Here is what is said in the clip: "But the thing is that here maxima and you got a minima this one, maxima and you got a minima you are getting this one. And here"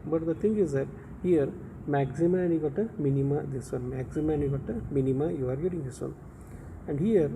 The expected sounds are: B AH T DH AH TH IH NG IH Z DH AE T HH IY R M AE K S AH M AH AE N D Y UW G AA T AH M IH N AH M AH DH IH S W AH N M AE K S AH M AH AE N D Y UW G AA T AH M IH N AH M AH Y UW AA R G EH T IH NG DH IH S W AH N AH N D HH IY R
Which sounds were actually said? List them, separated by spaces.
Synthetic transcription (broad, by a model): B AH T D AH T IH NG IH Z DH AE T HH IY R M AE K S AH M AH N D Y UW G AA T AH M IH N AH M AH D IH S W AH N M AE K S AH M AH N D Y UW G AA T AH M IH N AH M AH Y UW AA R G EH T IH NG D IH S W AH N AH N D HH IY R